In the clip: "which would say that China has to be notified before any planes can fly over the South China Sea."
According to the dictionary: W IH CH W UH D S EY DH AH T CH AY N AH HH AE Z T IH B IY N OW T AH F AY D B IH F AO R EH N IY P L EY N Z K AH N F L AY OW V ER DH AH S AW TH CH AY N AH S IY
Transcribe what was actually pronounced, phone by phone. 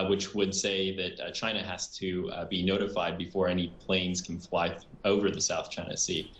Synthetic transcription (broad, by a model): W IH CH W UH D S EY DH AH T CH AY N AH HH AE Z T IH B IY N OW T AH F AY D B IH F AO R EH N IY P L EY N Z K N F L AY OW V ER DH AH S AW TH CH AY N AH S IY